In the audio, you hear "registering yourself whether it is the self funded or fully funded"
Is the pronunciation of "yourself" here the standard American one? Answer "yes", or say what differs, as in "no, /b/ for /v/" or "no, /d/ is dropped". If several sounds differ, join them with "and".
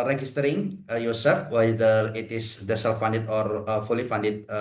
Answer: no, /l/ is dropped